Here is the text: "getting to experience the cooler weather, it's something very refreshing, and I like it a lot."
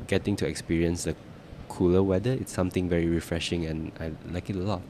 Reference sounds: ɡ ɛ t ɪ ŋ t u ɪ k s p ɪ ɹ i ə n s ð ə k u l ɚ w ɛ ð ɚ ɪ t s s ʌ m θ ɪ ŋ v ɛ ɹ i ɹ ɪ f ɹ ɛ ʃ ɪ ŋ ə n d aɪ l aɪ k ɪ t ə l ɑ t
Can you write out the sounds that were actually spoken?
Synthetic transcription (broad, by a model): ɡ ɛ t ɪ ŋ t u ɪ k s p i ɹ i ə n s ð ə k u l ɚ w ɛ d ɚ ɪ t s s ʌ m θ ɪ ŋ v ɛ ɹ i ɹ ɪ f ɹ ɛ ʃ ɪ ŋ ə n aɪ l aɪ k ɪ t ə l ɑ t